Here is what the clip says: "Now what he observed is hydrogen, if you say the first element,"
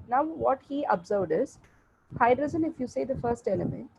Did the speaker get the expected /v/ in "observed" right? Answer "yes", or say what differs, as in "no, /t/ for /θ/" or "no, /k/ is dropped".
yes